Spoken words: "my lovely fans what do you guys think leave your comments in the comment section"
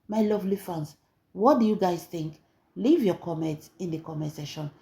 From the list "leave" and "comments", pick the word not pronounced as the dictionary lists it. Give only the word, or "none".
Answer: comments